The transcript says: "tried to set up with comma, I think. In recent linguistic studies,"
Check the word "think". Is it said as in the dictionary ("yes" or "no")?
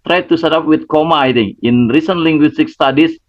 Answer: no